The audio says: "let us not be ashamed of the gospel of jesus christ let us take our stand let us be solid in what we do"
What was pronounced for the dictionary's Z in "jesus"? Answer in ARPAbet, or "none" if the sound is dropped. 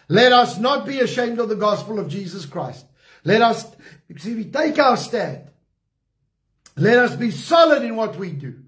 Z